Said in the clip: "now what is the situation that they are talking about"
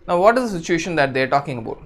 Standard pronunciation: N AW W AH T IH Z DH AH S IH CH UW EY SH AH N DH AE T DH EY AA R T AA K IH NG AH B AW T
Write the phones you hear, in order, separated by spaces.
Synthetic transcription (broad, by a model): N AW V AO T IH Z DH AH S IH CH UW EY SH AH N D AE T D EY R T AA K IH NG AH B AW T